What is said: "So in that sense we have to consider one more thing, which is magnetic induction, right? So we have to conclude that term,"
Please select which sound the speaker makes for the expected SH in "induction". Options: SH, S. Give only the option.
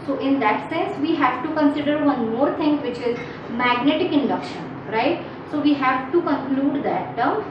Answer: SH